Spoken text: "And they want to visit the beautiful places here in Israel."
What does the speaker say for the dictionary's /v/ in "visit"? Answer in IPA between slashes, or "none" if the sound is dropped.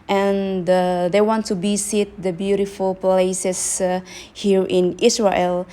/b/